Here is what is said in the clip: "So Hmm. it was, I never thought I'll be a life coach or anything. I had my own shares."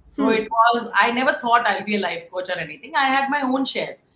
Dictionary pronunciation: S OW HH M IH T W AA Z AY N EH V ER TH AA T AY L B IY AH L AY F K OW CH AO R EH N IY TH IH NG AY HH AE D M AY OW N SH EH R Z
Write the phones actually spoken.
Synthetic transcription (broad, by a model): S OW IH T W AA Z AY N EH V ER T AA T AY L B IY AH L AY F K OW CH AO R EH N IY T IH NG AY HH AE D M AY OW N SH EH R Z